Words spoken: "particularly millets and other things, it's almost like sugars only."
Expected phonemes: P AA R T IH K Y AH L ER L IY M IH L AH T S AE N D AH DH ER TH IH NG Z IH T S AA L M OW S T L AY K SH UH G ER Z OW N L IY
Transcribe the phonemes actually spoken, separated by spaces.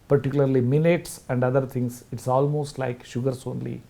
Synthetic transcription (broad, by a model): P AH R T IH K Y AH L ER L IY M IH N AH T S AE N D AH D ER T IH NG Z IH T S AA L M OW S T L AY K SH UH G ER S OW N L IY